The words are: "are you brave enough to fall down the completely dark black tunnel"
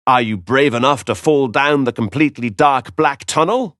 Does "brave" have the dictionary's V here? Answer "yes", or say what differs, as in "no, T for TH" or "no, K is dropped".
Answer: yes